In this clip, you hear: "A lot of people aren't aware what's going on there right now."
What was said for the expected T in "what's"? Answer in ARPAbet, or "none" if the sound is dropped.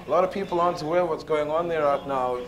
T